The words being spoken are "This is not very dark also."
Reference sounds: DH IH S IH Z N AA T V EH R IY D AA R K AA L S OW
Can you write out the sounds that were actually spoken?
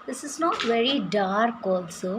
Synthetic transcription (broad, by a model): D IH S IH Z N AA T V EH R IY D AA R K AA L S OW